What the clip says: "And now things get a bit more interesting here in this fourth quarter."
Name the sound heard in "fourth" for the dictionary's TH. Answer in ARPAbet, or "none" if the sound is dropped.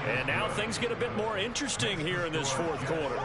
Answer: TH